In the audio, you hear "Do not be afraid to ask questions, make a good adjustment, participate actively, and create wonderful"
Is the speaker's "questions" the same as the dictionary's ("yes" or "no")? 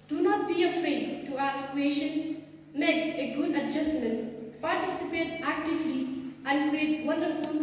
no